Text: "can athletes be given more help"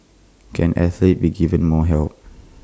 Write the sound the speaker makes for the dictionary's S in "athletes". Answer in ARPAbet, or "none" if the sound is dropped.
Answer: none